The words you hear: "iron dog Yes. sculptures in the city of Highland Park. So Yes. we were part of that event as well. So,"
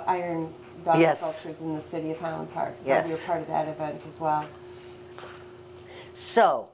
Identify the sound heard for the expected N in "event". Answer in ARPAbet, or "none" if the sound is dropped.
N